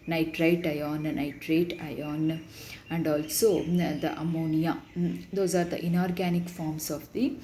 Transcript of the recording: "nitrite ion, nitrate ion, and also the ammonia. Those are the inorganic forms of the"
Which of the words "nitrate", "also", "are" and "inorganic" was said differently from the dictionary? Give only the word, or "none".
none